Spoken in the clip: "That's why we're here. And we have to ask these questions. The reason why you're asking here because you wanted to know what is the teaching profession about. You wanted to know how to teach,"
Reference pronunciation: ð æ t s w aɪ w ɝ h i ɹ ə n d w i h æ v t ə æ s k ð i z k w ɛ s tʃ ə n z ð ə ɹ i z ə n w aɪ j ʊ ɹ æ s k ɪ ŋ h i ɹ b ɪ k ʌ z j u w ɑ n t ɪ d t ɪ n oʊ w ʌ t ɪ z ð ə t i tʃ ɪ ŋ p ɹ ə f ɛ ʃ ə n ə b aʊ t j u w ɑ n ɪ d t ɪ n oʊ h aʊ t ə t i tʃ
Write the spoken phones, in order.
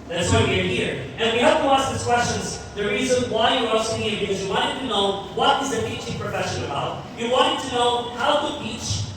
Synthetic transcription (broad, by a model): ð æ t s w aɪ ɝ h i ɹ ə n w i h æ p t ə æ s k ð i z k w ɛ s tʃ ə n z ð ə ɹ i z ə n w aɪ j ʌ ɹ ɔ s ɪ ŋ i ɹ b ɪ k ʌ z j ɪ w ɑ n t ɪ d t ɪ n oʊ w ʌ t ɪ z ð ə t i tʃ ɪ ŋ p ɹ ə f ɛ ʃ ə n ə b aʊ t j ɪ w ɑ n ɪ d t ɪ n oʊ h aʊ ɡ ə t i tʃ